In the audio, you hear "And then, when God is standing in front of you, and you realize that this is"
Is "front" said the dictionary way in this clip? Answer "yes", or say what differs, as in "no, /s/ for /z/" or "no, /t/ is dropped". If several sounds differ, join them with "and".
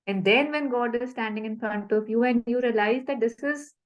no, /ɹ/ is dropped